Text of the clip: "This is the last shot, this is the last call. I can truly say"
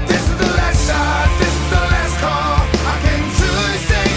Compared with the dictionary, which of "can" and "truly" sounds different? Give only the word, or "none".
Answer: truly